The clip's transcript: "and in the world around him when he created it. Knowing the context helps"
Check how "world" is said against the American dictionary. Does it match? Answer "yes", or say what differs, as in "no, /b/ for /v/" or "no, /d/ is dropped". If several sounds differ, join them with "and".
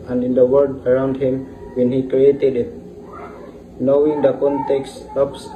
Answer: no, /l/ is dropped